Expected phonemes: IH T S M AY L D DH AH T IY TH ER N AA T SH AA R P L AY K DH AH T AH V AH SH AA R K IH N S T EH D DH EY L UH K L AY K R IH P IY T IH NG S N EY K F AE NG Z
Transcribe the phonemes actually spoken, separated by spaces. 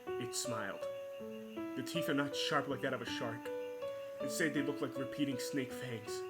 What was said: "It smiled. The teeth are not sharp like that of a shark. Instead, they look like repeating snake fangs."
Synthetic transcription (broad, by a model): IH T S M AY L D DH AH T IY TH ER N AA T SH AA R P L AY K DH AH T AH V AH SH AA R K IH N S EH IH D DH EY L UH K L AY K R IH P IY T IH NG S N EY K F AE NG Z